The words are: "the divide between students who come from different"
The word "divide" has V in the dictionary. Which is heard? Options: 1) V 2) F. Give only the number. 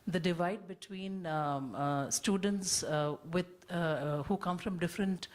1